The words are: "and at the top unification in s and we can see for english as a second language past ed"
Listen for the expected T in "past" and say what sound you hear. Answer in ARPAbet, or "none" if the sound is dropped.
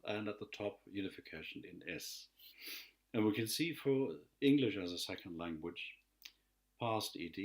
T